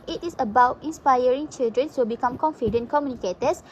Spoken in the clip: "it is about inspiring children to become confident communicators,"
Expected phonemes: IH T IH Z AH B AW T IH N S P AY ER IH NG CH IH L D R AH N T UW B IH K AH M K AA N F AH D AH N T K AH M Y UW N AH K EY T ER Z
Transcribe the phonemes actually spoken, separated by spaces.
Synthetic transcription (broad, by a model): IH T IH S AH B AW T IH N S P AY ER IH NG CH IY L D R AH N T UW B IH K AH M K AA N F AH D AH N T K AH M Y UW N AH K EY T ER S